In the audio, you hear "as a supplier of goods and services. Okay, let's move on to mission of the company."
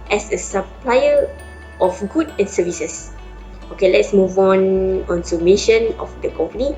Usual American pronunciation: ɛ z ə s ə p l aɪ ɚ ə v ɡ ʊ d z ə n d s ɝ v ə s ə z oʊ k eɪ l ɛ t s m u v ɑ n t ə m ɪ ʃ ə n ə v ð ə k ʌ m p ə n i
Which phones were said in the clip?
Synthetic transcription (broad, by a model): ɛ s ə s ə p l aɪ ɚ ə f ɡ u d ə n s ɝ v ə s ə s oʊ k eɪ l ɛ t s m u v ɑ n s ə m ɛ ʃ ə n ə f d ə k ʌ m p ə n i